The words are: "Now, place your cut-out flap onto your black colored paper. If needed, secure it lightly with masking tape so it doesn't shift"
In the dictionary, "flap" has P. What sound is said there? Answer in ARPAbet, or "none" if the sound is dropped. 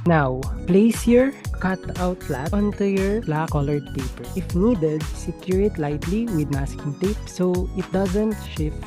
none